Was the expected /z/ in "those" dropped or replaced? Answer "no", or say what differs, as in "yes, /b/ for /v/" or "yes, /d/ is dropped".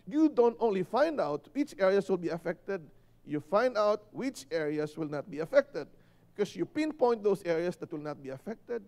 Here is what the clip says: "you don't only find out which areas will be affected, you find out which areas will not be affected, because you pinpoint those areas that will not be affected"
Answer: yes, /s/ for /z/